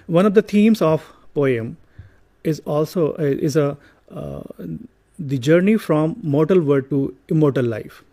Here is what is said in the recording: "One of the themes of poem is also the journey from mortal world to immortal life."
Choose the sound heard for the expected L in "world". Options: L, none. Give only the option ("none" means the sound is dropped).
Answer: none